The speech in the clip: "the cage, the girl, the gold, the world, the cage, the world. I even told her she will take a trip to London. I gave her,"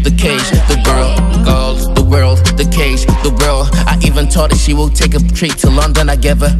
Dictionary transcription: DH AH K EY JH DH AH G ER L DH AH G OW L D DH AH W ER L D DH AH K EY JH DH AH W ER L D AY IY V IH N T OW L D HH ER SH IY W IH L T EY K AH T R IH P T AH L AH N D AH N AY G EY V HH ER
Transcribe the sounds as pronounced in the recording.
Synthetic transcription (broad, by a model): DH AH K EY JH DH AH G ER L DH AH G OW L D DH AH W ER L D DH AH K EY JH DH AH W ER L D AY IY V IH N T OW D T SH IY W IH L T EY K AH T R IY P T AH L AH N D AH N AY G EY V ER